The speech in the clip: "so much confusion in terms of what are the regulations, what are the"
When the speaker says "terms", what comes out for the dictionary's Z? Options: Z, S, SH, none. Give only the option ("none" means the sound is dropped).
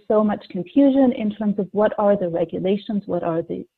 Z